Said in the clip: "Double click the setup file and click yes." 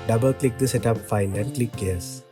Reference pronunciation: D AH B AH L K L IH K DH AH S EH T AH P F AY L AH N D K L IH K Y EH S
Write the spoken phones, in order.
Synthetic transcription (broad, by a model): D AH B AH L K L IH K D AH S EH T AH P F AY N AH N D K L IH K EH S